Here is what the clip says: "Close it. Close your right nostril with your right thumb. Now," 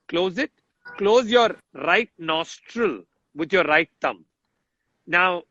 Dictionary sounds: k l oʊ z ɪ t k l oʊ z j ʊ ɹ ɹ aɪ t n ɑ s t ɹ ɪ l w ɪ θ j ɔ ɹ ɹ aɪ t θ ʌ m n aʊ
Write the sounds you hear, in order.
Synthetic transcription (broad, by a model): k l oʊ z ɪ t k l oʊ z j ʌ ɹ ɹ aɪ t n ɑ s t ɹ ɪ l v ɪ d j ɔ ɹ ɹ aɪ t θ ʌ m n aʊ